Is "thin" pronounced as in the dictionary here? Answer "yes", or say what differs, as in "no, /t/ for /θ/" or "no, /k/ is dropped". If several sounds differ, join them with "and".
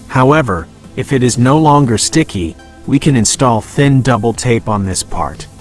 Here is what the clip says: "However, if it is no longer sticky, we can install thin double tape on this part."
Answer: yes